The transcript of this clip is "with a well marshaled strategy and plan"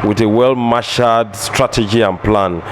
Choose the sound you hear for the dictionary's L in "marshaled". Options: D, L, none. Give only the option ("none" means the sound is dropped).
none